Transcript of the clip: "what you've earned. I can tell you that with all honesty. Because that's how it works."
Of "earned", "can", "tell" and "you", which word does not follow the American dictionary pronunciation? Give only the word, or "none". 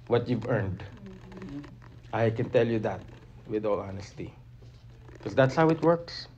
none